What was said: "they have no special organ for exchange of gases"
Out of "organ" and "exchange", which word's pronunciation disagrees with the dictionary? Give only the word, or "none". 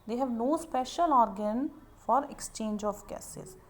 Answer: none